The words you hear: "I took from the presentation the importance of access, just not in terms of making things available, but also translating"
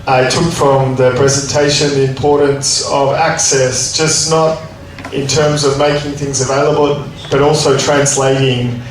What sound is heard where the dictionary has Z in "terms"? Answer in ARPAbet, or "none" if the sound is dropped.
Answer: Z